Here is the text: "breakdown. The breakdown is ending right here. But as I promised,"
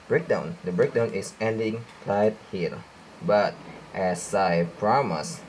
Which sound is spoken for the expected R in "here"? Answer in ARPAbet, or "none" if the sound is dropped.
L